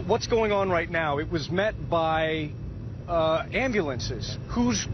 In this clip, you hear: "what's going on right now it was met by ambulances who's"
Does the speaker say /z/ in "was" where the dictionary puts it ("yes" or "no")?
yes